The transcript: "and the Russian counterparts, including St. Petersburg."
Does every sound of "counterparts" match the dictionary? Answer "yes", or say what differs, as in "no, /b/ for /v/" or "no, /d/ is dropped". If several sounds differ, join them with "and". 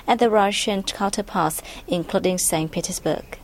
no, /l/ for /n/